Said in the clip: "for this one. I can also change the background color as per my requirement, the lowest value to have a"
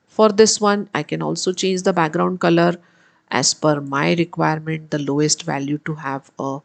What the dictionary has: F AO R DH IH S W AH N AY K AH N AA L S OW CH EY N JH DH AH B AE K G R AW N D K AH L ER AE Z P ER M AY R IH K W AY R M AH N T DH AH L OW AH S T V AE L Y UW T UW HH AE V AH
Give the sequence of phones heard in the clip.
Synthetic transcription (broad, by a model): F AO R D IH S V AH N AY K AH N AA L S OW CH EY N JH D AH B AE K G R AW N D K AH L ER AE Z F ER M AY R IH K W AY R M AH N T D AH L OW AH S T V AE L Y UW T UW HH AE V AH